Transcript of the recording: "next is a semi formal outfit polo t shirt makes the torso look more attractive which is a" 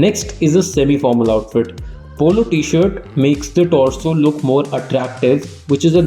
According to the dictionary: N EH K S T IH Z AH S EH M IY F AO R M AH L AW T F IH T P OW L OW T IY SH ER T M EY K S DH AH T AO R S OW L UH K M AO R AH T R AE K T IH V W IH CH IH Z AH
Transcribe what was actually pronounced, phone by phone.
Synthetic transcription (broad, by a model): N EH K S T IH Z AH S EH M IY F AO R M AH L AW T F IH T P OW L OW T IY SH ER T M EY K S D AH T AO L S OW L UH K M AO R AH T R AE K T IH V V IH CH IH Z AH